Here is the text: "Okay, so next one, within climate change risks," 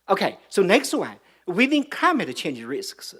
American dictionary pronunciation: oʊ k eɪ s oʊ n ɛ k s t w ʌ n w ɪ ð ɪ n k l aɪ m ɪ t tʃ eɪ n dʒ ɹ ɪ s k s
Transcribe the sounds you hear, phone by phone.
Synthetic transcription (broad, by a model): oʊ k eɪ s oʊ n ɛ k s t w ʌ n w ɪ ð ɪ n k aɪ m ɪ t tʃ eɪ n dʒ ɹ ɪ s k s